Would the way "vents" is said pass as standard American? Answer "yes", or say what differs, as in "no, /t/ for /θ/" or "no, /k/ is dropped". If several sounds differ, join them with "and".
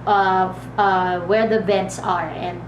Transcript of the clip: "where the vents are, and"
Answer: no, /b/ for /v/